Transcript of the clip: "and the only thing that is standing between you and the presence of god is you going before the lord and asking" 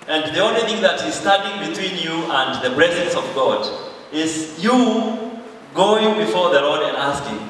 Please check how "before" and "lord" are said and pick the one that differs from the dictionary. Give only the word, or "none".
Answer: none